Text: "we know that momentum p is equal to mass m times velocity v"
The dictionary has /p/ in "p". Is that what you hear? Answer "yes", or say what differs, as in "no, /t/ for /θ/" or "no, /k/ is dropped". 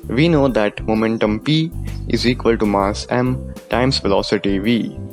yes